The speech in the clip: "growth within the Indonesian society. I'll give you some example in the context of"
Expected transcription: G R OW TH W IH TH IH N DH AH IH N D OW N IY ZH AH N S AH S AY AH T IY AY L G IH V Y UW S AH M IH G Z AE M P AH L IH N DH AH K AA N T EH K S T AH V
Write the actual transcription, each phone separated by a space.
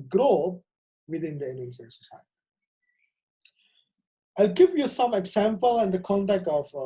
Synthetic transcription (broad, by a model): G R OW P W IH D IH N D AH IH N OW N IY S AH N S AH S AY AH T IY AY L G IH V Y UW S AH M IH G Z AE M P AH L IH N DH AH K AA N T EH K T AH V